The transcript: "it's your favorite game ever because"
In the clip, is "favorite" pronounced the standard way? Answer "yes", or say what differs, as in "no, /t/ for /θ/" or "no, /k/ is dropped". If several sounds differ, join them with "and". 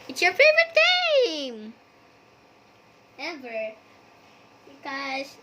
no, /ɹ/ is dropped